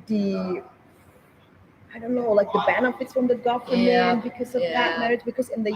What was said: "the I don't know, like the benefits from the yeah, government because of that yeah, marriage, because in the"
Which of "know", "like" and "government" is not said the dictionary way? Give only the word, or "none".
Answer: government